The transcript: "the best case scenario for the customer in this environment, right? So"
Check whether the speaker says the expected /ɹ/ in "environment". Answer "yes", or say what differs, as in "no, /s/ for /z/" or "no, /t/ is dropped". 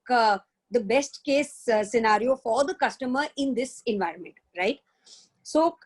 yes